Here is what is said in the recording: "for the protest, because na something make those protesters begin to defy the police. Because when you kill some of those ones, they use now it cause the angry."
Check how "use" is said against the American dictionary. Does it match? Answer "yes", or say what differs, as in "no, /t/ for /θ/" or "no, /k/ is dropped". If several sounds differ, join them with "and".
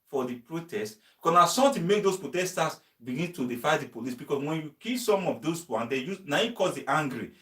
no, /s/ is dropped